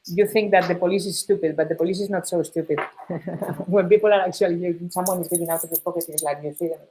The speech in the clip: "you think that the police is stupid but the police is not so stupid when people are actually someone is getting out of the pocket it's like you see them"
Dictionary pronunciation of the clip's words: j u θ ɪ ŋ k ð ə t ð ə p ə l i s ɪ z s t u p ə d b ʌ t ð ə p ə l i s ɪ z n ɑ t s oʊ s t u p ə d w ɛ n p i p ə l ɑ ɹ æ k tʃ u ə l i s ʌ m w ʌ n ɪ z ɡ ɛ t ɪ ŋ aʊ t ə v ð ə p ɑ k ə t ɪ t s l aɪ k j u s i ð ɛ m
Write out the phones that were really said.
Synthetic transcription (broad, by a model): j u θ ɪ ŋ k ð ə t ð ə p ə l i s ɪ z s t u p ə d b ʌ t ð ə p ə l i s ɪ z n ɑ t s oʊ s t u p ə d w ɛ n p i p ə l ɑ ɹ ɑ k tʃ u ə l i s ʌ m w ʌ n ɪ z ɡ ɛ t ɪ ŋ aʊ t ə v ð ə p ɑ k ə t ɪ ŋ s l aɪ k j u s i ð